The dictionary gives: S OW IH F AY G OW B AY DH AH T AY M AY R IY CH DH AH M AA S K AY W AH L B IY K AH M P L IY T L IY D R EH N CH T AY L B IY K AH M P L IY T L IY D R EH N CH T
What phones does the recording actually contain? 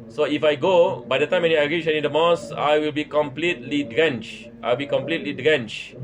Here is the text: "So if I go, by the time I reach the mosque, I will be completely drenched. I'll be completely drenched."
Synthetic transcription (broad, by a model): S OW IH F AY G OW B AY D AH T AY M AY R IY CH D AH M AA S AY W AH L B IY K AH M P L IY T L IY D R EH N CH T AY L B IY K AH M P L IY T L IY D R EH N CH